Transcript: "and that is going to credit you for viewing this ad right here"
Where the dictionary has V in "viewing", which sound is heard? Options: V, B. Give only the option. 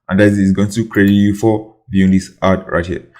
B